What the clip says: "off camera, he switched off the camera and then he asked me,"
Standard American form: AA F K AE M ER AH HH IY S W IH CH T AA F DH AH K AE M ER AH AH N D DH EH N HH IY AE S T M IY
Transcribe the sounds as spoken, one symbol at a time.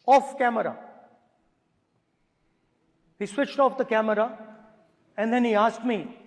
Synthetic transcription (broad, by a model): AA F K AE M ER AH HH IY S W IH CH T AA F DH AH K AE M ER AH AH N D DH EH N HH IY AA S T M IY